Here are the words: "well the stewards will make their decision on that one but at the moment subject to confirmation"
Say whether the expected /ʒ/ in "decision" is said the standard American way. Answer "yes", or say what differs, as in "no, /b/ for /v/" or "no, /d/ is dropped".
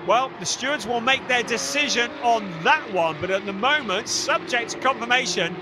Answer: yes